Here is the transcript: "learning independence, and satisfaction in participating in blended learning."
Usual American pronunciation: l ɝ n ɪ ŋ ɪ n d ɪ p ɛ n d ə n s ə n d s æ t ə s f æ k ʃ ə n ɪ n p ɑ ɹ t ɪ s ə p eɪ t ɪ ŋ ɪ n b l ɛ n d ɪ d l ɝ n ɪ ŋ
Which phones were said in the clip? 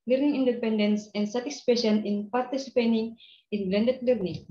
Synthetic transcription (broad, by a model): l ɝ n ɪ ŋ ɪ n d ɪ p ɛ n d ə n s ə n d s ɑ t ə s p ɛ ʃ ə n ɪ n p ɑ ɹ t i s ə p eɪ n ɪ ŋ ɪ n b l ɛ n d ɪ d l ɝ n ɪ ŋ